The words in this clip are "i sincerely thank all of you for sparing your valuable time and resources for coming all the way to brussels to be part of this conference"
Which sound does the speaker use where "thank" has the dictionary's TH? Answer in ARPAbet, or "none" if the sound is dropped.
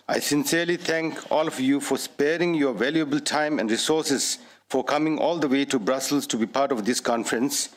T